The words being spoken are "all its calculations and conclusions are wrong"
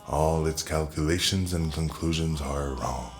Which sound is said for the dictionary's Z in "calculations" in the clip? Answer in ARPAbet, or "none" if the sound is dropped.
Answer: Z